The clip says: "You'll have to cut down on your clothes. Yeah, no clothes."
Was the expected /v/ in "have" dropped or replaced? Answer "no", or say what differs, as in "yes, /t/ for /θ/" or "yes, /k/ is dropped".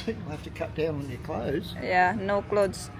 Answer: yes, /f/ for /v/